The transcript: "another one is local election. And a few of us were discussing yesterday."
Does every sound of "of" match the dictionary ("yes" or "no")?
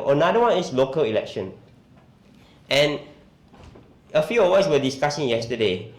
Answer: no